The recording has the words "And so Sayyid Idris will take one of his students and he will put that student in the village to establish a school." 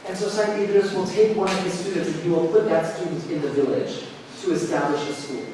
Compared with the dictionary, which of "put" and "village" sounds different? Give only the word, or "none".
none